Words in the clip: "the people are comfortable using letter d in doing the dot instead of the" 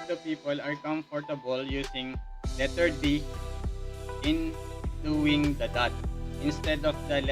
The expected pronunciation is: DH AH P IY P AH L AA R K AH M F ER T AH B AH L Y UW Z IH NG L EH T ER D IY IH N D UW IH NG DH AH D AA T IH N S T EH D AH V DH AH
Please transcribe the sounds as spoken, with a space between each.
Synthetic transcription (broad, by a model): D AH P IY P AH L AA R K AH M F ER T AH B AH L Y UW S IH NG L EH T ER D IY IH N D UW IH NG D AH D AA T IH N S T EH D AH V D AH